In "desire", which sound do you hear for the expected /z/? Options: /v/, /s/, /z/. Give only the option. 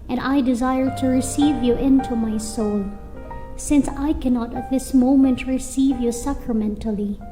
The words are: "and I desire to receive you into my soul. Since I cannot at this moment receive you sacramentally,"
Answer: /z/